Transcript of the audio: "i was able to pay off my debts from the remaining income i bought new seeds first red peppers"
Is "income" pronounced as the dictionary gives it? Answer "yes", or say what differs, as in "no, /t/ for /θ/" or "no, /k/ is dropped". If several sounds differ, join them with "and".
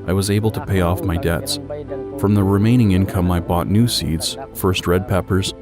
yes